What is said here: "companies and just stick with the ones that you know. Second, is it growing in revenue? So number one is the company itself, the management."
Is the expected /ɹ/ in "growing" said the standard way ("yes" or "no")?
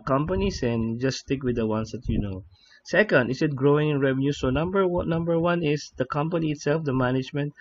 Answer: yes